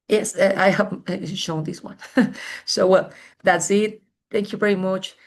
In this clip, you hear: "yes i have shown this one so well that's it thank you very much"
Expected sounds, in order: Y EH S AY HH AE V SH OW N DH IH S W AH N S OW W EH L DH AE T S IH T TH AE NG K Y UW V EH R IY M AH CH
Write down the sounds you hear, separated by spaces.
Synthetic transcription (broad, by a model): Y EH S AY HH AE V SH OW N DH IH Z W AH N S OW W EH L DH AE T S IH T TH AE NG K Y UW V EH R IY M AH CH